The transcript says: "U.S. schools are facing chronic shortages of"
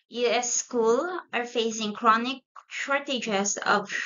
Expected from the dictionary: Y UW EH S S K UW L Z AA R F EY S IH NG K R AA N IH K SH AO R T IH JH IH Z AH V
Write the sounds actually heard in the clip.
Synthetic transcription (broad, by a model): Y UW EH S S K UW L AA R F EY S IH NG K R AA N IH K SH AO R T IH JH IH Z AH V